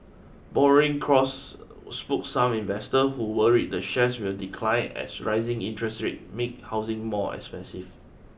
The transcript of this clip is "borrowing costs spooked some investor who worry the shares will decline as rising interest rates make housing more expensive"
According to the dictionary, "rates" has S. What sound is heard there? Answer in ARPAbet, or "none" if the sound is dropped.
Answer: none